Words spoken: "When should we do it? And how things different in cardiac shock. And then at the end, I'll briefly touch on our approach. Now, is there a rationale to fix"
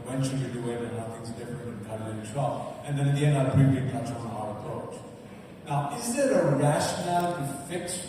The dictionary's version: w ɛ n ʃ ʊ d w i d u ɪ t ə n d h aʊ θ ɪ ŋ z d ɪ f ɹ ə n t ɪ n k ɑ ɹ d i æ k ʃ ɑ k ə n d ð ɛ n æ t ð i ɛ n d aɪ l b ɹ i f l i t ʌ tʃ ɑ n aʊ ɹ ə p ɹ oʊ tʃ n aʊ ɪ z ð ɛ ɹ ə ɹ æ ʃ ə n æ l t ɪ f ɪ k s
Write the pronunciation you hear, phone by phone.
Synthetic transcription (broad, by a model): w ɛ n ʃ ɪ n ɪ d u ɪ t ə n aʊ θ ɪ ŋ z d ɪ f ɹ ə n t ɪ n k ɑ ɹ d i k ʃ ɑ ə n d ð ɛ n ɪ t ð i ɛ n d aɪ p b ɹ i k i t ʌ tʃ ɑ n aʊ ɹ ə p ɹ oʊ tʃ n aʊ ɪ z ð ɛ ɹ ə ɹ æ ʃ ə n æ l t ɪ f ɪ k s